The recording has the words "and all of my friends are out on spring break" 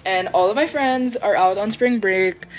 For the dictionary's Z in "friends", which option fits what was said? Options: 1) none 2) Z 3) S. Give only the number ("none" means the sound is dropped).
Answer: 2